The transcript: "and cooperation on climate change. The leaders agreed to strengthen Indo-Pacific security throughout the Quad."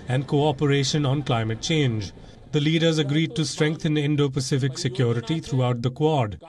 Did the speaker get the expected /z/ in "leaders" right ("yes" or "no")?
yes